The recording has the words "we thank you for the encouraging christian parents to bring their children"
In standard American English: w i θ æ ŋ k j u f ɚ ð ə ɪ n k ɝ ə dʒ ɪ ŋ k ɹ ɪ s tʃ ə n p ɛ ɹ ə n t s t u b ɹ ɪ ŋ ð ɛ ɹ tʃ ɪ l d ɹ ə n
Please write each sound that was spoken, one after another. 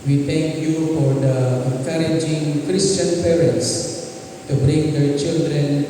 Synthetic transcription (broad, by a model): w i t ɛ ŋ k j u f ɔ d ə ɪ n k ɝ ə dʒ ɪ ŋ k ɹ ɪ s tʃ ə n p ɛ ɹ ə n t s t u b ɹ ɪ ŋ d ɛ tʃ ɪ l d ɹ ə n